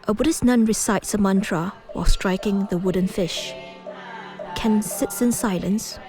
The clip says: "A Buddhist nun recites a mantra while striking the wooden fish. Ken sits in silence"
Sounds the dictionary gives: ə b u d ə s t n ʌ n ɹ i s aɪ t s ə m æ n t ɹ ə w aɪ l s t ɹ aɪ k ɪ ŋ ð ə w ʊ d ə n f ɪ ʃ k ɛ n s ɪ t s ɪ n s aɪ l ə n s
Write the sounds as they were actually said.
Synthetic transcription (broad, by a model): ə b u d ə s n ʌ n ɹ i s aɪ t s ə m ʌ n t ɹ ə w aɪ l s t ɹ aɪ k ɪ ŋ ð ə w ʊ d ə n f ɪ ʃ k ɛ n s ɪ t s ɪ n s aɪ l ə n s